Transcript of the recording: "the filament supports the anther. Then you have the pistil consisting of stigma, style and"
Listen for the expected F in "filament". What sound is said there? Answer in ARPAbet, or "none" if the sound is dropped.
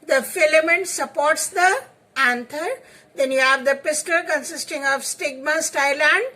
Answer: F